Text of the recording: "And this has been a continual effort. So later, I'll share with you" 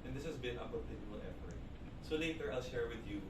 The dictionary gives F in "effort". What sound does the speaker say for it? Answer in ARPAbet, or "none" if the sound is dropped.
P